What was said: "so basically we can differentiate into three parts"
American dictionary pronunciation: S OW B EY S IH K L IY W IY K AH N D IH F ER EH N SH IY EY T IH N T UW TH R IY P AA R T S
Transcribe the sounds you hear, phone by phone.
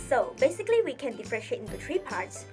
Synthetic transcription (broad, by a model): S OW B EY S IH K L IY W IY K AH N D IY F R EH SH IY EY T IH N T UW T R IY P AA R T S